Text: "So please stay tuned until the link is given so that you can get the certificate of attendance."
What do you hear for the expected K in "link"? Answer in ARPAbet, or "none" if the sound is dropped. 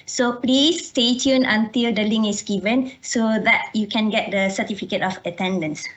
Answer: none